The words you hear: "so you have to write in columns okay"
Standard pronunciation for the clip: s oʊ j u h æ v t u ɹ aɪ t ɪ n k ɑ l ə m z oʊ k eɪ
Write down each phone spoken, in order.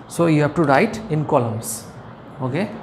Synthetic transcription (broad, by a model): s oʊ j u h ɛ b t u ɹ aɪ t ɪ n k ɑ l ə m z oʊ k eɪ